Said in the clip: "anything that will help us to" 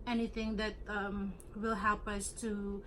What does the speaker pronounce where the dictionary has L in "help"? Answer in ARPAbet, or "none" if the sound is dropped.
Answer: L